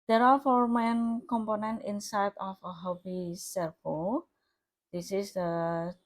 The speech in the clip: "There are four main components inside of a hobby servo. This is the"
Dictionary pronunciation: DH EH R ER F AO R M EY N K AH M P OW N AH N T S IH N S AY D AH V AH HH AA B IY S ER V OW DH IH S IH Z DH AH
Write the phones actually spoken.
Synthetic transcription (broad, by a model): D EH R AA F AO R M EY N K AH M P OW N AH N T IH N S AY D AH F AH HH AA B IY S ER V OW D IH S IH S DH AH